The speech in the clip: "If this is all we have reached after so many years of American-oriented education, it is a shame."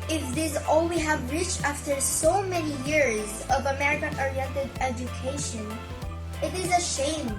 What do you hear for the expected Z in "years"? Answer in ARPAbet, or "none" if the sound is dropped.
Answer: Z